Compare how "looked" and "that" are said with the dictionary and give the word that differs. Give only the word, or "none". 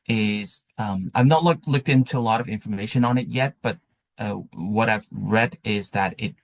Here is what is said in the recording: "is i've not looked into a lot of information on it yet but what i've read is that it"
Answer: none